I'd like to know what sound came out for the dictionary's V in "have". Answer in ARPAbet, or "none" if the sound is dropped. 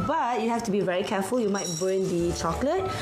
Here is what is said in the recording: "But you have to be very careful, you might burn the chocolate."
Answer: F